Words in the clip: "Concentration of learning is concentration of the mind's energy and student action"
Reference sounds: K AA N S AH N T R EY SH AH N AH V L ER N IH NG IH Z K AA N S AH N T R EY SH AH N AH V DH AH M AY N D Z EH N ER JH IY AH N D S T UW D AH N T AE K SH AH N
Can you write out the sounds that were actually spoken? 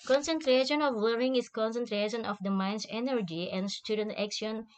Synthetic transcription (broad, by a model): K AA N S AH N T R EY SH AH N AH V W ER IH NG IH S K AA N S AH N T R EY SH AH N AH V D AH M AY N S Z EH N ER JH IY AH N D S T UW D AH N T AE K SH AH N